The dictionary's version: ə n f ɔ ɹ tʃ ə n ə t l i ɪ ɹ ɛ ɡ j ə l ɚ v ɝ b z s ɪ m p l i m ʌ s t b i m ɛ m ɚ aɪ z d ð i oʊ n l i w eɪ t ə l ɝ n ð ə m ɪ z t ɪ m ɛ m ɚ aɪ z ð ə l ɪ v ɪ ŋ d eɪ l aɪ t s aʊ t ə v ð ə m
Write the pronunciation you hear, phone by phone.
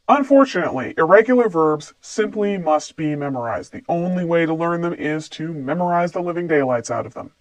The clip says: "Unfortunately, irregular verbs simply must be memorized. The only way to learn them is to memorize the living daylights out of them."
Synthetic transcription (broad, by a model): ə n f ɔ ɹ tʃ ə n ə t l i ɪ ɹ ɛ ɡ j l ɚ v ɝ b z s ɪ m p l i m ʌ s t b i m ɛ m ɚ aɪ z d ð i oʊ n l i w eɪ t ə l ɝ n ð ə m ɪ z t ɪ m ɛ m ɚ aɪ z ð ə l ɪ v ɪ ŋ d eɪ l aɪ t s aʊ t ə v ð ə m